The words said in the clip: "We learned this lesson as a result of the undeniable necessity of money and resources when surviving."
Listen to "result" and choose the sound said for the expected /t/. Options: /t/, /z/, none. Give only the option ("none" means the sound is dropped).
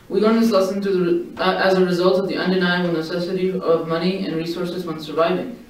/t/